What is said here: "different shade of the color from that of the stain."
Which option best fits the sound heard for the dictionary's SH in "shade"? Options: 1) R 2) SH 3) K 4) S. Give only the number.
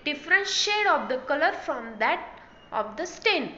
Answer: 2